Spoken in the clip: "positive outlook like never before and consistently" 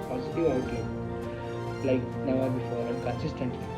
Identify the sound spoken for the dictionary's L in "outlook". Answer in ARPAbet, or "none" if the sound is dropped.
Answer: none